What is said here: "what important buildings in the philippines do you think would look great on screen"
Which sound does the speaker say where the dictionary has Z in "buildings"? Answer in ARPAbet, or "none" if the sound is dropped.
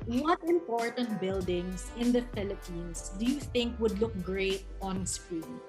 S